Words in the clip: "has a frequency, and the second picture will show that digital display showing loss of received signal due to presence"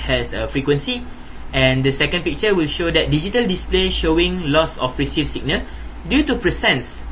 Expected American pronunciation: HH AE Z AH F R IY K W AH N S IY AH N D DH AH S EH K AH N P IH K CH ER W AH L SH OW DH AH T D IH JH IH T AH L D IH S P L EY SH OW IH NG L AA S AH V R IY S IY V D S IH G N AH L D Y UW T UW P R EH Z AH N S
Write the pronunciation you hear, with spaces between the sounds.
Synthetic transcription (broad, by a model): HH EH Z AH F R IY K W AH N S IY AH N D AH S EH K AH N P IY K CH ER W AH L SH OW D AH T D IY JH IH T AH L D IH S P L EY SH OW IH NG L AA S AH F R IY S IY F S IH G N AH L D Y UW T UW P R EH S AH N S